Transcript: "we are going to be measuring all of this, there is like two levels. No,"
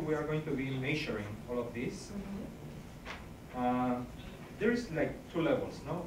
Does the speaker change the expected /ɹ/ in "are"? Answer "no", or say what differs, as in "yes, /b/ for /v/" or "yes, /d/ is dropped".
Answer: no